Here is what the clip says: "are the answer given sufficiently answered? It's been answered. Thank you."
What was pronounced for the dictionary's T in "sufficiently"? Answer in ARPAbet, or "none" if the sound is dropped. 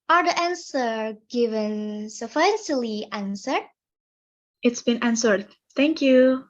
S